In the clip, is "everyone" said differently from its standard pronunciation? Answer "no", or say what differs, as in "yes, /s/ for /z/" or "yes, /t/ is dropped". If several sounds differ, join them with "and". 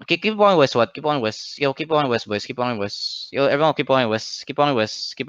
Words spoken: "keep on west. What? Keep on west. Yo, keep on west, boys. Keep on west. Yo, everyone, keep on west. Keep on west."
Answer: yes, /ɹ/ is dropped